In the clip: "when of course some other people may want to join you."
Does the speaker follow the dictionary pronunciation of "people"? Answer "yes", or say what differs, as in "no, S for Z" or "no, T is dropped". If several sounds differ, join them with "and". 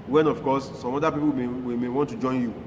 no, W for L